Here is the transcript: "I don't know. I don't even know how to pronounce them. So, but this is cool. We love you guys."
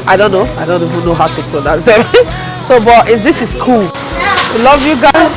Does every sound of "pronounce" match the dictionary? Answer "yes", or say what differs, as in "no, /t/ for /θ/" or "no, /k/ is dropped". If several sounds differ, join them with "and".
no, /l/ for /ɹ/ and /n/ is dropped